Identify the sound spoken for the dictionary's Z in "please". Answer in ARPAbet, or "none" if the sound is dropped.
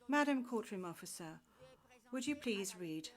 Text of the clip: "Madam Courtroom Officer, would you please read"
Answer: Z